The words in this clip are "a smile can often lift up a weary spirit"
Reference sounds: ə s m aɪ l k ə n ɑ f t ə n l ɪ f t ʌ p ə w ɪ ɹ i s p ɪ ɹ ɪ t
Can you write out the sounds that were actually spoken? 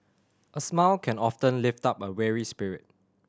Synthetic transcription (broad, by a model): ə s m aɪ l k ə n ɑ f t ə n l ɪ f t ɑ p ə w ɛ ɹ i s p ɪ ɹ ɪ t